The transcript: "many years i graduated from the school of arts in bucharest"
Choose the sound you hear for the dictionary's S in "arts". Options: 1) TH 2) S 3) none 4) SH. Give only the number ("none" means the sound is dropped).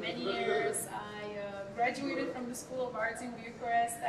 3